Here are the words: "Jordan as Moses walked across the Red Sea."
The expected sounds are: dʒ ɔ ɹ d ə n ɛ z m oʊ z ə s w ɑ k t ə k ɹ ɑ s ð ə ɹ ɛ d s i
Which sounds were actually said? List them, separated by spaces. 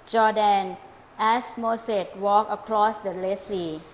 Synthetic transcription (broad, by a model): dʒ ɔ d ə n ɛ s m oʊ s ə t w ɑ k ə k ɹ ɑ s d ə l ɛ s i